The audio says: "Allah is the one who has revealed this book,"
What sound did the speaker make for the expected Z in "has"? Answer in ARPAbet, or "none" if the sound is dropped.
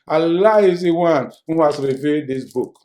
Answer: S